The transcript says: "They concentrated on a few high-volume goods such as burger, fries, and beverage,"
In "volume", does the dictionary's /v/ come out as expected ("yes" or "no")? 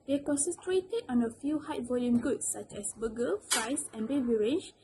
yes